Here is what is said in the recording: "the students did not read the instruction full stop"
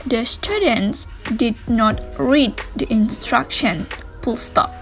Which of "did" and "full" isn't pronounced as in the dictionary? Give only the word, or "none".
full